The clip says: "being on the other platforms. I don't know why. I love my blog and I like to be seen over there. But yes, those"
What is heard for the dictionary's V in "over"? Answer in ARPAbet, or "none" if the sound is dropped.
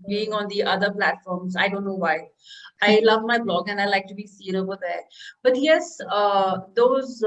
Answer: B